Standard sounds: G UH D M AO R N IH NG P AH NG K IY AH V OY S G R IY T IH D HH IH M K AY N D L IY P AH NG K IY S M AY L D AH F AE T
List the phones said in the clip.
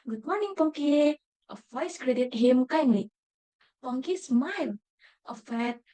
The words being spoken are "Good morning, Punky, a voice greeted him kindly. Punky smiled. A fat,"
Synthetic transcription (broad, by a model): G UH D M AO R N IH NG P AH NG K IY AH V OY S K R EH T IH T HH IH M K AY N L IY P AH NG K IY S M AY L AH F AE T